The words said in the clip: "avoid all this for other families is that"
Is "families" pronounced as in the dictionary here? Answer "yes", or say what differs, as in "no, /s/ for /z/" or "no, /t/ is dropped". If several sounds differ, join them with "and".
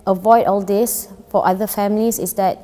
no, /s/ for /z/